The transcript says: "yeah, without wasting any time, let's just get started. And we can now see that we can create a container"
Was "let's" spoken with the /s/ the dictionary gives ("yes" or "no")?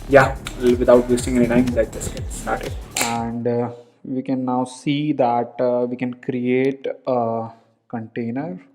no